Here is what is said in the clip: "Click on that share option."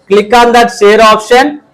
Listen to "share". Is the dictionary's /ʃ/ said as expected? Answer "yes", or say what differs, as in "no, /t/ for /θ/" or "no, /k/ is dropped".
no, /s/ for /ʃ/